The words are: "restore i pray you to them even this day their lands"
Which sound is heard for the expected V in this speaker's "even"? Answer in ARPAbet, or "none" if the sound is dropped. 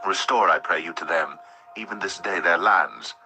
V